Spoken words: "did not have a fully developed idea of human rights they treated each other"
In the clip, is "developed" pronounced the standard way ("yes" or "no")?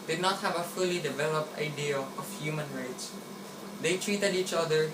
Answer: yes